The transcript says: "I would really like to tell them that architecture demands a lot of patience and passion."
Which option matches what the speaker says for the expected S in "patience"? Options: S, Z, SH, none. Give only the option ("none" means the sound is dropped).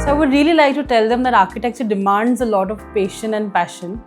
none